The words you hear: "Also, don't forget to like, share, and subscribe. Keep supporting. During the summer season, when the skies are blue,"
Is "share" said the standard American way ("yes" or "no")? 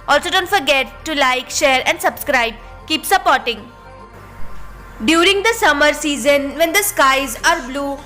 yes